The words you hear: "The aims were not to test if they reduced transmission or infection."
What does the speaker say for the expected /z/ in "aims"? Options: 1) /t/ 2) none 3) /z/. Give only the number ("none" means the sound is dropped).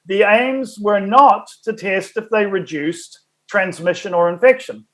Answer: 3